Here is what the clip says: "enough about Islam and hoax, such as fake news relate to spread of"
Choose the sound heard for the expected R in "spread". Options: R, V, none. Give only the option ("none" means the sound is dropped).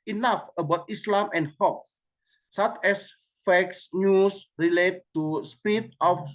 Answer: none